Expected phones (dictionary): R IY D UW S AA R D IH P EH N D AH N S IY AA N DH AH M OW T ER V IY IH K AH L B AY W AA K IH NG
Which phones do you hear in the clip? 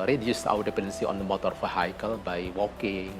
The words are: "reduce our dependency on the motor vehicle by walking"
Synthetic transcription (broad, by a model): R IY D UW S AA W D IH P EH N D AH N S IY AA N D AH M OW T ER F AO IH K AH L B AY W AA K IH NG